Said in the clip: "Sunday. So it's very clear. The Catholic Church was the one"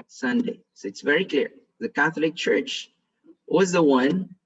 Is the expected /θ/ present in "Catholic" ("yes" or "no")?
yes